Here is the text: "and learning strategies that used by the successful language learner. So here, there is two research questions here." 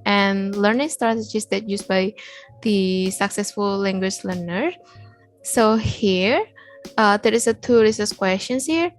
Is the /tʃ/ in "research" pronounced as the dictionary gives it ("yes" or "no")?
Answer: no